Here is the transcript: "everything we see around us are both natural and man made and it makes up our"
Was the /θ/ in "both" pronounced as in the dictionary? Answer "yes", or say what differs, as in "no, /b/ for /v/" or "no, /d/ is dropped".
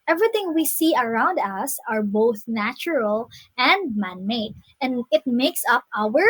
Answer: yes